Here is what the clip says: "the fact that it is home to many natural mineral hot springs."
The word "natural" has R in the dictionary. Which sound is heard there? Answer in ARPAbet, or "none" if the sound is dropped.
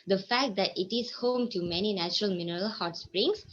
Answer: R